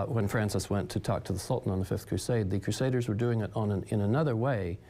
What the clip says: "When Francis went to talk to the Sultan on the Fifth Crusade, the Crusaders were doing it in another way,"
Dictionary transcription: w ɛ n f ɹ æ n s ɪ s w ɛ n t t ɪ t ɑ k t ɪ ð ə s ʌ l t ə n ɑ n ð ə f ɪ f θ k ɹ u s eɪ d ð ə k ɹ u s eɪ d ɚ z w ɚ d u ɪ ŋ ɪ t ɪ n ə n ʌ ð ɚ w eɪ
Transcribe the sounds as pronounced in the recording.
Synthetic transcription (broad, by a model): w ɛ n f ɹ æ n s ɪ s w ɛ n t t ɪ t ɑ k t ɪ ð ə s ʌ l t n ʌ n ð ə f ɪ f θ k ɹ u s eɪ d ð ə k ɹ u s eɪ d ɚ z w ɚ d u ɪ ŋ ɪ t ɪ n ə n ʌ ð ɚ w eɪ